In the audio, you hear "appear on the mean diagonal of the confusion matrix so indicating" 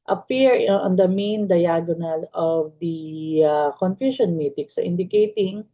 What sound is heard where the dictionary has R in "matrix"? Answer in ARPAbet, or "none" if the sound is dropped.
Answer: none